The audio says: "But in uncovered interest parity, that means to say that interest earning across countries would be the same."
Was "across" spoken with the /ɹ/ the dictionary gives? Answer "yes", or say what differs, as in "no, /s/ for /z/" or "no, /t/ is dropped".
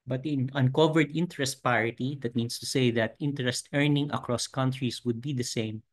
yes